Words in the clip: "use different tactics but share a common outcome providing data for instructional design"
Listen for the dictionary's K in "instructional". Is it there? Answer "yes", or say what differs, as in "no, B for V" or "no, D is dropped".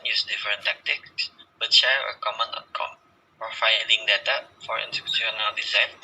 no, K is dropped